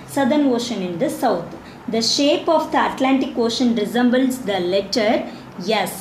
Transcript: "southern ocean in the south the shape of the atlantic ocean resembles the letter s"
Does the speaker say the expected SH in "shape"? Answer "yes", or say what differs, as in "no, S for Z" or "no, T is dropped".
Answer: yes